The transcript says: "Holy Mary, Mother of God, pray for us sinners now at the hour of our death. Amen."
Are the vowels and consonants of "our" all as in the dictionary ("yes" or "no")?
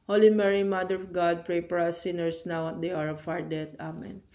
yes